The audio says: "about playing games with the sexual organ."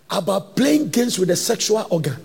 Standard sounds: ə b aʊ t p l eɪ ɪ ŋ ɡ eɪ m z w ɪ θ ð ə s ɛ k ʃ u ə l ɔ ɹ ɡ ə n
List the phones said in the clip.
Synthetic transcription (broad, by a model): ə b aʊ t p l eɪ ɪ ŋ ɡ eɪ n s w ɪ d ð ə s ɛ k ʃ u ə l ɔ ɡ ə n